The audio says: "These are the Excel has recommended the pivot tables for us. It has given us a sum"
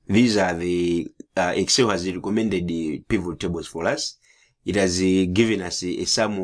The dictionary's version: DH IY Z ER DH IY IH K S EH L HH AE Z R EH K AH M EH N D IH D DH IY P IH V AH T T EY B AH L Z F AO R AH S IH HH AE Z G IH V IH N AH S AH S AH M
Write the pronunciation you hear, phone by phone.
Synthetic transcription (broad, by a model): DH IY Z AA DH IY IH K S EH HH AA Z R EH K AH M EH N D IH D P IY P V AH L T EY B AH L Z F AO R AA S IH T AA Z G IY V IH N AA S AH S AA M